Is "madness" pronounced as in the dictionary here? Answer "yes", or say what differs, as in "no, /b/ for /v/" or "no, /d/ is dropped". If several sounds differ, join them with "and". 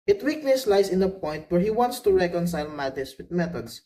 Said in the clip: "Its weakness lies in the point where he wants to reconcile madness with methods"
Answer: no, /n/ is dropped